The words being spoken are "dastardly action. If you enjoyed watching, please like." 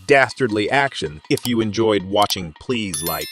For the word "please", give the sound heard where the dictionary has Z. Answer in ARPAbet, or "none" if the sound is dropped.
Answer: Z